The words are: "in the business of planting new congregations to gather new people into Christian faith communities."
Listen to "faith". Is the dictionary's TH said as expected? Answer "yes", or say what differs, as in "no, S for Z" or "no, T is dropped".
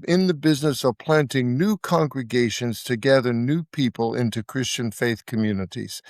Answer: yes